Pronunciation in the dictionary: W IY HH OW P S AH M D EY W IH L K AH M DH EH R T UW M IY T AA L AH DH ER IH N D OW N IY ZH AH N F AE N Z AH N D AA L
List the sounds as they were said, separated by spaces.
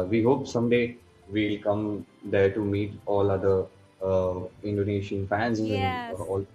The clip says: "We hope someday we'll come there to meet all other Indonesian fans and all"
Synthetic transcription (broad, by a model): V IY HH OW P S AH M D EY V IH L K AH M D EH R T UW M IY T AA L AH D ER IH N D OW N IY SH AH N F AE N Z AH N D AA L